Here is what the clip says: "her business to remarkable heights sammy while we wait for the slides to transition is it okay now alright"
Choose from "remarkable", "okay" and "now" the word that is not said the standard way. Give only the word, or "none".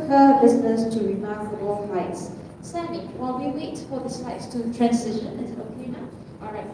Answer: remarkable